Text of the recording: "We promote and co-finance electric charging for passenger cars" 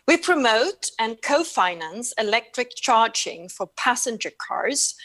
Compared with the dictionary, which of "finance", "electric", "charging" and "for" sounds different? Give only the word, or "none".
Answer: none